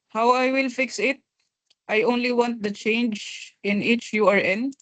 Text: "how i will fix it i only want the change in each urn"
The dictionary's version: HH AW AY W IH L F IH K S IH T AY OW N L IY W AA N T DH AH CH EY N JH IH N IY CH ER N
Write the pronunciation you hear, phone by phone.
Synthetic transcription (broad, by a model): HH AW AY W IH L F IH K S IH T AY OW N L IY W AA N T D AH CH EY N JH IH N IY CH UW N